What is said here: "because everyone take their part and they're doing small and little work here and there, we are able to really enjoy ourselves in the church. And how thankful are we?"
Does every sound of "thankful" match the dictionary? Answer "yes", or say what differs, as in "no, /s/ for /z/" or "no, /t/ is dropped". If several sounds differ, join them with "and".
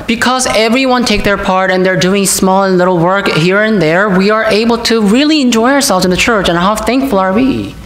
yes